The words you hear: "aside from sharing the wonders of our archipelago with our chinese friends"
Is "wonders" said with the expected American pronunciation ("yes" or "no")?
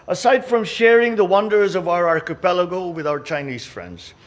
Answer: yes